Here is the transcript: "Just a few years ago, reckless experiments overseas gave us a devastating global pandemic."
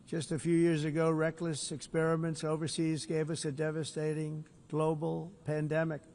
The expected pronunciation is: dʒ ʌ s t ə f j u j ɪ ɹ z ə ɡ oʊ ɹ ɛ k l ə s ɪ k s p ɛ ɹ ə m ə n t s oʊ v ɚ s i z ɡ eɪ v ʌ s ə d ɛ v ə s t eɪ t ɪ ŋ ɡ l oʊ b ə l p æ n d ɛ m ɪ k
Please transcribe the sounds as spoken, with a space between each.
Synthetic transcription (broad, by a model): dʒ ʌ s t ə f j u j ɪ ɹ z ə ɡ oʊ ɹ ɛ k l ə s ɪ k s p ɛ ɹ ə m ə n t s oʊ v ɚ s i z ɡ eɪ v ʌ s ə d ɛ v ə s t eɪ t ɪ ŋ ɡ l oʊ b l p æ n d ɛ m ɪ k